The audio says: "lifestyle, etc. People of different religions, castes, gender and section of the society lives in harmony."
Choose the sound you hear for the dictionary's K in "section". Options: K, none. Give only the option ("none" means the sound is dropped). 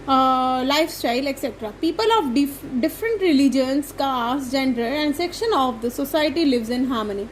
K